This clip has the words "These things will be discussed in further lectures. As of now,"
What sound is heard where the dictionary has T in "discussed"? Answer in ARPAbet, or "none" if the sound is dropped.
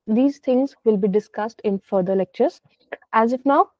T